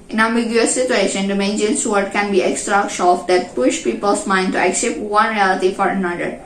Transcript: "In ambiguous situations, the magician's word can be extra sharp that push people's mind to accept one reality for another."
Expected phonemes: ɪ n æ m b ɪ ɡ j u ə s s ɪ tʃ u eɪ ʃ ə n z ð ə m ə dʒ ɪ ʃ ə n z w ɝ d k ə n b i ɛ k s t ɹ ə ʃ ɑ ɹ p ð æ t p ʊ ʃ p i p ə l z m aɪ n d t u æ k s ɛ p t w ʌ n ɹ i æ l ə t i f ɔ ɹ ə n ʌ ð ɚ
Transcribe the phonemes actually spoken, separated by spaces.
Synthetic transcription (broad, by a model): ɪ n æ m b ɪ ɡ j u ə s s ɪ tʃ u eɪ ʃ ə n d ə m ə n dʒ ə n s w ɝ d k ə n b i ɛ k s t ɹ ə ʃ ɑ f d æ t p ʊ ʃ p i p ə l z m aɪ n d t u æ k s ɛ p t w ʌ n ɹ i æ l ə t i f ɔ ɹ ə n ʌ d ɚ